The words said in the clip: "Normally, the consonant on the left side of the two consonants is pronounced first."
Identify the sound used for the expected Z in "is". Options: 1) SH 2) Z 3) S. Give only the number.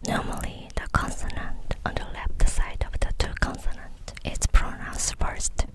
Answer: 3